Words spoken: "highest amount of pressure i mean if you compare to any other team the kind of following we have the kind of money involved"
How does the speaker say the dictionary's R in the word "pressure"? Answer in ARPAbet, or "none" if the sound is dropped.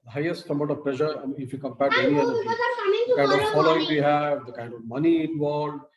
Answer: L